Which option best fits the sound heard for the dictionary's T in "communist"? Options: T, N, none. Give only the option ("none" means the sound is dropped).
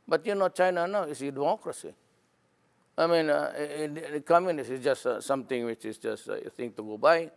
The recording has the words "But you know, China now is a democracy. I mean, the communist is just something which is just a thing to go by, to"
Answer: none